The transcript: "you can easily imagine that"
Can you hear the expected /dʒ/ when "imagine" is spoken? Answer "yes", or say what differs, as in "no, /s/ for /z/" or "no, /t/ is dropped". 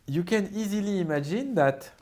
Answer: yes